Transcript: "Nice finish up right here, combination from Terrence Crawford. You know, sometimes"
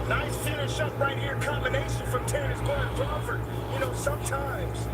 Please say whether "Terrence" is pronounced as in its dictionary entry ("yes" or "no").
no